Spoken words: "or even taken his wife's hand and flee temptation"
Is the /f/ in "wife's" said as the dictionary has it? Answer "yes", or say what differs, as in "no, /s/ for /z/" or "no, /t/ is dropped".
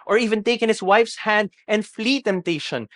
yes